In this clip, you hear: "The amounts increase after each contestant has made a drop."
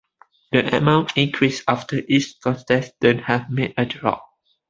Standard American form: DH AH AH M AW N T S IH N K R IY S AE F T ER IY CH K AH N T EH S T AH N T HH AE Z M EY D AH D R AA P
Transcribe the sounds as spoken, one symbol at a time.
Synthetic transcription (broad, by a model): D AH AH M AW N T IH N K R IY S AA F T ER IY S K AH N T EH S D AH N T HH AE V M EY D AH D R AA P